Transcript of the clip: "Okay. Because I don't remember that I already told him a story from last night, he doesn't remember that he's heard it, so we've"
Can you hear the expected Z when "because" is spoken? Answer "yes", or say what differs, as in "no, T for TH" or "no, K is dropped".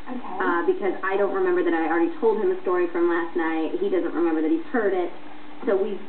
yes